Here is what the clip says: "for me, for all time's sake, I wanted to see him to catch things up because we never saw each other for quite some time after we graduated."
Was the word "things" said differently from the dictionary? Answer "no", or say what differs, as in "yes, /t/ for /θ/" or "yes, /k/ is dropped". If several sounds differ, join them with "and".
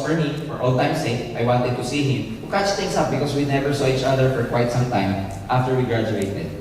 yes, /t/ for /θ/ and /s/ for /z/